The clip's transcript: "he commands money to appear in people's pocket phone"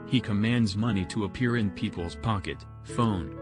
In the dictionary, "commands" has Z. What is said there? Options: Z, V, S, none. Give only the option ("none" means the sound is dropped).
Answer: Z